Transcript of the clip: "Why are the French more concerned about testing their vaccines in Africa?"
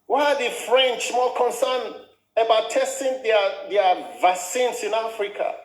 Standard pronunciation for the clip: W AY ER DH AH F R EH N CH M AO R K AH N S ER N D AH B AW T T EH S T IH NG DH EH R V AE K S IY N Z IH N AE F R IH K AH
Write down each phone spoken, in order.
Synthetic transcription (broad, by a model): W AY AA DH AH F R EH N CH M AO L K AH N S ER N AH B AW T T EH S T IH NG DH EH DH V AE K S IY N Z IH N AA F R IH K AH